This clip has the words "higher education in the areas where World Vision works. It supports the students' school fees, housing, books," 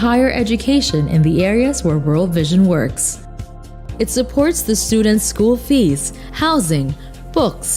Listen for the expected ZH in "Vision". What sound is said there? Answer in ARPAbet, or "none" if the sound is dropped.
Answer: ZH